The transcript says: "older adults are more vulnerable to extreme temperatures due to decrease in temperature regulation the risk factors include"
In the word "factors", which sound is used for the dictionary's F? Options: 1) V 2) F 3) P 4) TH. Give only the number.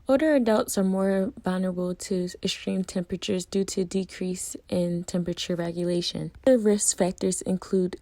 2